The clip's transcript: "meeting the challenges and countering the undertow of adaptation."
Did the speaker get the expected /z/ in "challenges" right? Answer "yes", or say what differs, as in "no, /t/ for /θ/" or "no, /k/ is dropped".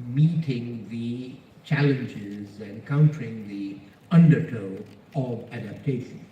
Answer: yes